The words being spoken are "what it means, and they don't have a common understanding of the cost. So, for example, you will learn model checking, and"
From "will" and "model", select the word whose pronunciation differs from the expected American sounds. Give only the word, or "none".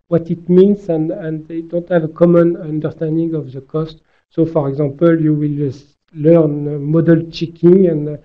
none